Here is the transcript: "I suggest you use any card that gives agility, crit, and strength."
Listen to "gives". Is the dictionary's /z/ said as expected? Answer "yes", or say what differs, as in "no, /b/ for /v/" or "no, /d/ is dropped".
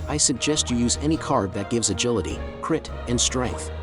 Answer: yes